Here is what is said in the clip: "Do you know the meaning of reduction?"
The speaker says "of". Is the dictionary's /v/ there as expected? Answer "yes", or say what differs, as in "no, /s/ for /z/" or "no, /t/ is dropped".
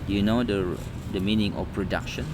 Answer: no, /p/ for /v/